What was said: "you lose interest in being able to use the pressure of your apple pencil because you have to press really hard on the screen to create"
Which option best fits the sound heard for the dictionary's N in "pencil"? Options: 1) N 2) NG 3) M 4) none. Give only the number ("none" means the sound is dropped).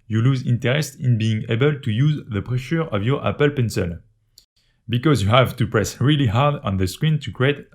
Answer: 1